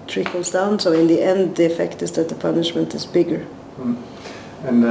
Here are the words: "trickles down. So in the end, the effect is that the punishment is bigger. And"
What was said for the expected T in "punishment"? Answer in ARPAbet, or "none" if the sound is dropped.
T